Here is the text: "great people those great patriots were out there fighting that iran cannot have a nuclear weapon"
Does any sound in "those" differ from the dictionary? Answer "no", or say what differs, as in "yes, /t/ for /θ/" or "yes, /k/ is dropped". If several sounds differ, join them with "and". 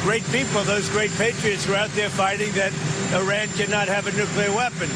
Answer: no